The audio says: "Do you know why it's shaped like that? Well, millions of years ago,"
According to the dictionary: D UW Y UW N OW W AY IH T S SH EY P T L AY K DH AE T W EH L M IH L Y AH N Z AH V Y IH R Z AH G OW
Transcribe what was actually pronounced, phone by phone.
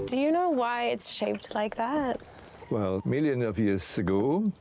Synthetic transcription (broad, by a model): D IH Y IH N OW W AY IH T S SH EY P T L AY K DH AE T W EH L M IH L Y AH N AH V Y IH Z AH G OW